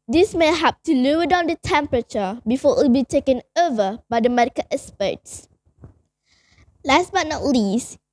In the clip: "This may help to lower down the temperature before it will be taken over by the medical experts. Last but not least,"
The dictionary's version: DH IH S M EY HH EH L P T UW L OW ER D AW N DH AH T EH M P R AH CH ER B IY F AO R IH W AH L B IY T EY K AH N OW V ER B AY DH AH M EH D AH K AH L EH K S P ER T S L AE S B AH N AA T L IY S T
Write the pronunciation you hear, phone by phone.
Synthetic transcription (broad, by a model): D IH S M EY HH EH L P T UW L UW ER D AW N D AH T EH M P R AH CH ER B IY F AO IH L B IY T EY K AH N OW V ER B AY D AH M EH D AH K AH L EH S P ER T S L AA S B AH N AA T L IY S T